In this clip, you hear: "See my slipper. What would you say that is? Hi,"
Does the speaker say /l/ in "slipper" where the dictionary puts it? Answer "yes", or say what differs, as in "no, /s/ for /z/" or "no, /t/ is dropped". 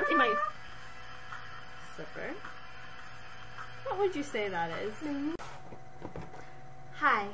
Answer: no, /l/ is dropped